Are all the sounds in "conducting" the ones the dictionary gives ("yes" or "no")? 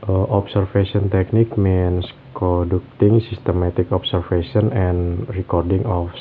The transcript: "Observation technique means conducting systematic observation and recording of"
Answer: no